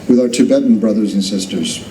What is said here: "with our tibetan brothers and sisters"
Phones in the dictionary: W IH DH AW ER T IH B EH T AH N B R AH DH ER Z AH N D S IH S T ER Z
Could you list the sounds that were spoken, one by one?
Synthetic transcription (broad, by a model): W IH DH AW ER T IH B EH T N B R AH DH ER Z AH N S IH S T ER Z